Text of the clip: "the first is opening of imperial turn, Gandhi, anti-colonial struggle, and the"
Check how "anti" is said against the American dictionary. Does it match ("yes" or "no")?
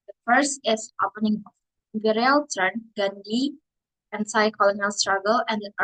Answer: no